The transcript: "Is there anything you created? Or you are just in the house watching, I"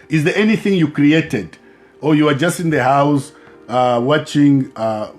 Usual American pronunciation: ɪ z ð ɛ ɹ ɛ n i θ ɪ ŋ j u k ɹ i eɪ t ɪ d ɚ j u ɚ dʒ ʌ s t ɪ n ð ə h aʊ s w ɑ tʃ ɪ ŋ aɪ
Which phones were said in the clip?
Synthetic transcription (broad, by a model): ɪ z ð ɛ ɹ ɛ n i θ ɪ ŋ j u k ɹ i eɪ t ɪ d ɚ j u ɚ dʒ ʌ s t ɪ n ð ə h aʊ s w ɑ tʃ ɪ ŋ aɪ